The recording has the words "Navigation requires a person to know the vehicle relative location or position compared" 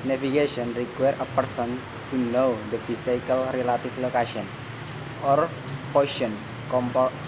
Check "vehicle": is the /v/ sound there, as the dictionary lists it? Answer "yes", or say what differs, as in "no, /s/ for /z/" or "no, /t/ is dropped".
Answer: no, /f/ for /v/